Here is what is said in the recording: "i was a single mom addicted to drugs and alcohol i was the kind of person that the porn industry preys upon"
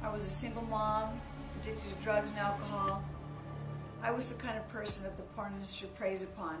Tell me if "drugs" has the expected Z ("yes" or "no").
yes